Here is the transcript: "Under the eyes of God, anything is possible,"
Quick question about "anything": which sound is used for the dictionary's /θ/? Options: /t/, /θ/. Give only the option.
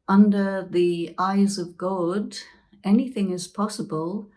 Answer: /θ/